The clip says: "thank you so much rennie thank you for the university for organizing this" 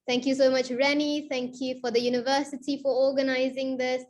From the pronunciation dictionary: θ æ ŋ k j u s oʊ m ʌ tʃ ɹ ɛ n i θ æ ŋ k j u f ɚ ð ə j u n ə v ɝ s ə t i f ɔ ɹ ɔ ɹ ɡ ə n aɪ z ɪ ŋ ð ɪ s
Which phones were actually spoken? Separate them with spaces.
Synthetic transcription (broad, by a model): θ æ ŋ k j u s oʊ m ʌ tʃ ɹ ɛ n i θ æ ŋ k j u f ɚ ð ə j u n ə v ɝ s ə t i f ɔ ɹ ɔ ɡ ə n aɪ z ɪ ŋ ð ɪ s